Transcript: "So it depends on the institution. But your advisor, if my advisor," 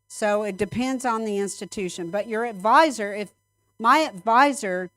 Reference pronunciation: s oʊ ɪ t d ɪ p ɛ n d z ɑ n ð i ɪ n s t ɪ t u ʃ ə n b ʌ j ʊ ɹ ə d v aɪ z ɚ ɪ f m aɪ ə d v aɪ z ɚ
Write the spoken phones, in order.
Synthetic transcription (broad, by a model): s oʊ ɪ t d ɪ p ɛ n d z n ð i ɪ n s t ɪ t u ʃ ə n b ʌ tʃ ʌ ɹ ə d v aɪ z ɚ ɪ f m aɪ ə d v aɪ z ɚ